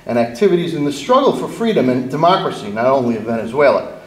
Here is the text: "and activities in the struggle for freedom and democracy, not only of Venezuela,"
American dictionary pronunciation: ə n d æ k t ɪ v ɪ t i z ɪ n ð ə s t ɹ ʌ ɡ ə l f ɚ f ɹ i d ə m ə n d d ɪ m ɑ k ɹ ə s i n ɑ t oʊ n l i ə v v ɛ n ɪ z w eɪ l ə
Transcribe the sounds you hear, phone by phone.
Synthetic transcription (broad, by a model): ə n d æ k t ɪ v ɪ t i z ɪ n ð ə s t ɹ ʌ ɡ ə l f ɚ f ɹ i d ə m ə n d d ɪ m ɑ k ɹ ə s i n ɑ t oʊ n l i ə v v ɛ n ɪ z w eɪ l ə